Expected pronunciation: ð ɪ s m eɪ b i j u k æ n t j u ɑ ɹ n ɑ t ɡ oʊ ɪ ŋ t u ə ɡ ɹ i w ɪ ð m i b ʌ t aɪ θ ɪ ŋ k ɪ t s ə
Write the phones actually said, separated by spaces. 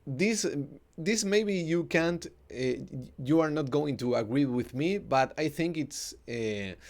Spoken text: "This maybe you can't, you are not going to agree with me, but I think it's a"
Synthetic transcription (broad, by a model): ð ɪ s m eɪ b i j u k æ n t j u ɑ ɹ n ɑ t ɡ oʊ ɪ ŋ t u ə ɡ ɹ i w ɪ ð m i b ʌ t aɪ θ ɪ ŋ k ɪ t s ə